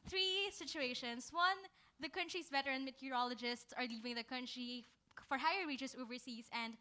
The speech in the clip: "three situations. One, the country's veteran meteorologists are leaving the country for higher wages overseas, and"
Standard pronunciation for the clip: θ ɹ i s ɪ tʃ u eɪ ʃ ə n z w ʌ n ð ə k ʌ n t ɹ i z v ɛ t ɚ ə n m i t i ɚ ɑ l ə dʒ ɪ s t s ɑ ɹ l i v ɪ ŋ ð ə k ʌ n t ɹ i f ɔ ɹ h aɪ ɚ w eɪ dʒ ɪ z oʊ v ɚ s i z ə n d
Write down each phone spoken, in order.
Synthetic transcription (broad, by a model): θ ɹ i s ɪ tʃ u eɪ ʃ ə n s w ʌ n ð ə k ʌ n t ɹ i s v ɛ t ɚ ə n m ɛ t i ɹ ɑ l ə dʒ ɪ s t s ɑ ɹ l i v ɪ ŋ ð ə k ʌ n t ɹ i f ɔ ɹ h aɪ ɚ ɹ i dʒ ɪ s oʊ v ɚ s i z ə n d